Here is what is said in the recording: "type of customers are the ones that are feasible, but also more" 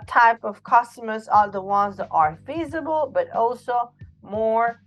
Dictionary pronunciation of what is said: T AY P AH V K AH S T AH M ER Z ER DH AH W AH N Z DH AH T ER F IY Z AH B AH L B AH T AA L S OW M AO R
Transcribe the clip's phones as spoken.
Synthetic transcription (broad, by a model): T AY P AH V K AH S T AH M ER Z ER DH AH W AH N Z DH AH T ER F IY Z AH B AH L B AH T AA L S OW M AO R